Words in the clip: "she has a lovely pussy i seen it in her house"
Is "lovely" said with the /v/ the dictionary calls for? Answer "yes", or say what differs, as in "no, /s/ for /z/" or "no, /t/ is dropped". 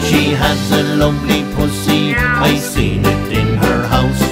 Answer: no, /p/ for /v/